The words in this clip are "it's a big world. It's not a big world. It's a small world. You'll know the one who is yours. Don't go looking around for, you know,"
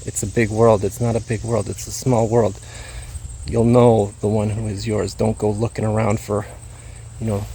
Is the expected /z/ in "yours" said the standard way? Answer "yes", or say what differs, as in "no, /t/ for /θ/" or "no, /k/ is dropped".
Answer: yes